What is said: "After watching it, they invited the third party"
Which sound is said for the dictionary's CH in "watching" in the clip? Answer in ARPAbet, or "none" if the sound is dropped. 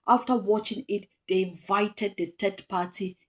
CH